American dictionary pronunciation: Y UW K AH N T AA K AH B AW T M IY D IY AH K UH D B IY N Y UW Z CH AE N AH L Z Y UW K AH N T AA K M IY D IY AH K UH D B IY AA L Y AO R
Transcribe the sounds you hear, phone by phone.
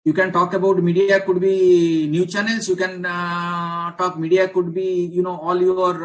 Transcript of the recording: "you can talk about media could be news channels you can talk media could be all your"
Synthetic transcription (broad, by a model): Y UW K AH N T AA K AH B AW T M IY D IY AH K UH D B IY N Y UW CH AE N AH L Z Y UW K AH N T AA K M IY D IY AH K UH D B IY AA L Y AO R